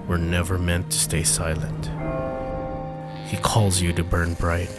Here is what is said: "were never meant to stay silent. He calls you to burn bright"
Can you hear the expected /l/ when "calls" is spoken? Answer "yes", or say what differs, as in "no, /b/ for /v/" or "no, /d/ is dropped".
yes